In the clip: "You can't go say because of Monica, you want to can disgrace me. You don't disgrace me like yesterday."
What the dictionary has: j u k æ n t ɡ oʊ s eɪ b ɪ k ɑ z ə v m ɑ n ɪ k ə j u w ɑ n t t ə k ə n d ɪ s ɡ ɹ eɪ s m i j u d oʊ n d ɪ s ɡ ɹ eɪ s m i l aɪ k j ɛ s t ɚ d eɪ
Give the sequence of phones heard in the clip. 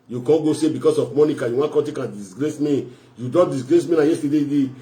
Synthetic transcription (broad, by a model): j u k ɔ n ɡ oʊ s eɪ b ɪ k ɑ s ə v m ɑ n ɪ k ə j u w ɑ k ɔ t ə k ə n d ɪ s ɡ ɹ eɪ s m i j u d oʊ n d ɪ s ɡ ɹ eɪ s m i n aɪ j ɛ s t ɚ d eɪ